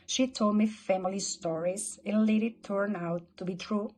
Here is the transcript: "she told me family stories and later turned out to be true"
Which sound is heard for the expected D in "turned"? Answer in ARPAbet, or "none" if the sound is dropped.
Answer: none